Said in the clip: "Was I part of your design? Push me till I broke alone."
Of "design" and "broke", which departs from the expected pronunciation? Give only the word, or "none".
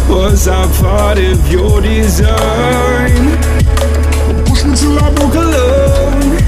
broke